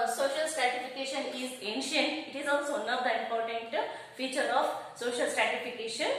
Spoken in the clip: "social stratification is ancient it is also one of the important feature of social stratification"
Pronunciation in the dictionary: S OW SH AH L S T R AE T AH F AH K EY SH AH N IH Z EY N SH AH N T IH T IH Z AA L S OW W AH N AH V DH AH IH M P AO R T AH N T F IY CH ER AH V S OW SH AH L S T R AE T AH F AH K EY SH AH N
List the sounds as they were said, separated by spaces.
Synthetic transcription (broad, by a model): S OW SH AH L S T R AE T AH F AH K EY SH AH N IH Z EY N SH AH N T IH T IH Z AA L S OW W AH N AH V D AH IH M P AO R T AH N T F IY CH ER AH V S OW SH AH L S T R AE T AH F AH K EY SH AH N